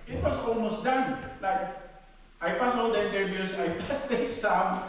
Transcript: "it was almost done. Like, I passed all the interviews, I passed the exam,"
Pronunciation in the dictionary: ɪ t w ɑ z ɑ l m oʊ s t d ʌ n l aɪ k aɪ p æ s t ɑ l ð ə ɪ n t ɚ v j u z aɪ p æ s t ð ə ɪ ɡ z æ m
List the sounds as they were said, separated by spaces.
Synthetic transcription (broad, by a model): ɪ t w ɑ s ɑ l m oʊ s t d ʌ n l aɪ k aɪ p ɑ s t ɑ l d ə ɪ n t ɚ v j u s aɪ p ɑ s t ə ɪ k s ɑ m